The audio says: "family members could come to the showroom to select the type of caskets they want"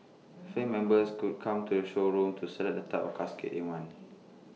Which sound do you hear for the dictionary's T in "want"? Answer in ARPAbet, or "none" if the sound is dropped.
none